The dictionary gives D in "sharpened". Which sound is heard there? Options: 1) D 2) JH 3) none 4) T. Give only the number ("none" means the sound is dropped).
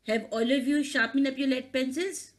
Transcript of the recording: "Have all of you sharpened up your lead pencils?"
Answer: 3